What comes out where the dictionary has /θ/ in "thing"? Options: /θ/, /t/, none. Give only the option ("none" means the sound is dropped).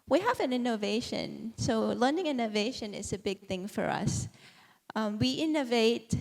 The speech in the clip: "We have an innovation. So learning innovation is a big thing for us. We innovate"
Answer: /θ/